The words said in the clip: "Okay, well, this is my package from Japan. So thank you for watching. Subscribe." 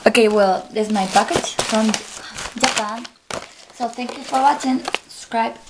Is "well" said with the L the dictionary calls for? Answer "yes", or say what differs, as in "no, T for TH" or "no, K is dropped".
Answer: yes